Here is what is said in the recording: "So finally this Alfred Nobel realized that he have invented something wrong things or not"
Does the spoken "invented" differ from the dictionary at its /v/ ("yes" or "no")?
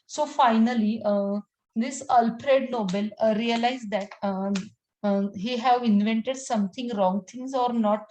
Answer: no